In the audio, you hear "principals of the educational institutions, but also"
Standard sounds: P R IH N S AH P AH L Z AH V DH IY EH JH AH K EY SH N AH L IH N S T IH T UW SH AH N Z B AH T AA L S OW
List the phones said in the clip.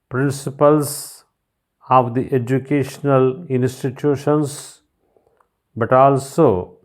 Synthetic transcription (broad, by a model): P R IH N S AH P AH L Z AH V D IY EH JH AH K EY SH N AH L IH N S T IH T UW SH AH N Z B AH T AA L S OW